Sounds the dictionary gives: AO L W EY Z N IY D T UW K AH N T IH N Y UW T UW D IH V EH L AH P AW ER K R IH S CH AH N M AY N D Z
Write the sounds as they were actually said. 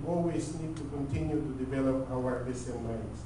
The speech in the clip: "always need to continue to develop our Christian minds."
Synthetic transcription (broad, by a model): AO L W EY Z N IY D T UW K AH N T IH N Y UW T UW D IH V EH L AH P AW ER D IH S AH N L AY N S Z